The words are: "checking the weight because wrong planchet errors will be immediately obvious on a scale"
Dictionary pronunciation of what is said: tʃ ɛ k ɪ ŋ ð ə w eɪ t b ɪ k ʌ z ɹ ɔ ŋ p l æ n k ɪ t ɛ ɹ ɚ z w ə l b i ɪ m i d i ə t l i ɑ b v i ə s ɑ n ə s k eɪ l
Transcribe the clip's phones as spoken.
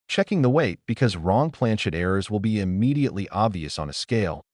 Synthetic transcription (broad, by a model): tʃ ɛ k ɪ ŋ ð ə w eɪ t b ɪ k ʌ z ɹ ɔ ŋ p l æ n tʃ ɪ t ɛ ɹ ɚ z w ə l b i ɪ m i d i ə t l i ɑ b v i ə s n ə s k eɪ l